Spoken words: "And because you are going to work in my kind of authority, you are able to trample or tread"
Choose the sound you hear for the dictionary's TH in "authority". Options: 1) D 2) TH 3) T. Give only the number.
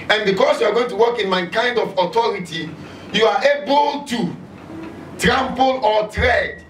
3